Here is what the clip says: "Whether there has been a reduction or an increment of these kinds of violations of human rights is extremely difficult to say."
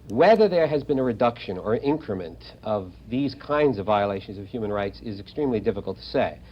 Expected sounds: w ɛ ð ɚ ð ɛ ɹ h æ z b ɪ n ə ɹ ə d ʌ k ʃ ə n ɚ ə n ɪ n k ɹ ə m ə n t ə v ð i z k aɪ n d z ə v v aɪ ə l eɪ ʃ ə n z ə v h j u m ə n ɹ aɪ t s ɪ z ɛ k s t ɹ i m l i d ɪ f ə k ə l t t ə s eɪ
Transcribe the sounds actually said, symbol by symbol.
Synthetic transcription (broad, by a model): w ɛ ð ɚ ð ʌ ɹ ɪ z b ɪ n ə ɹ ə d ʌ k ʃ ə n ɚ ə n ɪ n k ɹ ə m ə n t ə v ð i z k aɪ n d z ə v v aɪ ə l eɪ ʃ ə n z ə v h j u m ə n ɹ aɪ t s ɪ z ɛ k s t ɹ i m l i d ɪ f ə k l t t ə s eɪ